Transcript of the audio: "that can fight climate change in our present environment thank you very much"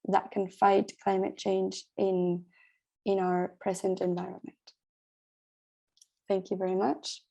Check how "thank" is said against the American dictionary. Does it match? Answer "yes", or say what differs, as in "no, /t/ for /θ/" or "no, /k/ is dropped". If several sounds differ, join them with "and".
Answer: yes